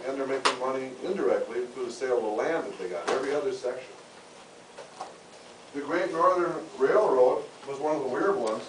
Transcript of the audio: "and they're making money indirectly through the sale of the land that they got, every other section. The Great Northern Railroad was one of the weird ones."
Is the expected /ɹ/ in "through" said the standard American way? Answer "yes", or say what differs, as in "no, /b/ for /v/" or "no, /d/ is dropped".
no, /ɹ/ is dropped